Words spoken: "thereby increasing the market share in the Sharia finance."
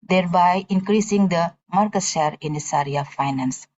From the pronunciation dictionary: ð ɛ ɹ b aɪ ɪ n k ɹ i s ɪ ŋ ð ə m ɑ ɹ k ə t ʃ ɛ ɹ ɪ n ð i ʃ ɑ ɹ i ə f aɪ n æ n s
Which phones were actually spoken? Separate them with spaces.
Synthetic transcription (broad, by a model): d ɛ ɹ b aɪ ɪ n k ɹ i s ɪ ŋ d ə m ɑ ɹ k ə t ʃ ɛ ɹ ɪ n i s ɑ ɹ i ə f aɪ n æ n s